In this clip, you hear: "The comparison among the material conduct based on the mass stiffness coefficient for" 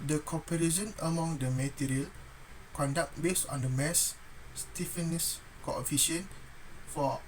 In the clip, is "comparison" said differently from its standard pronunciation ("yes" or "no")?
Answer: yes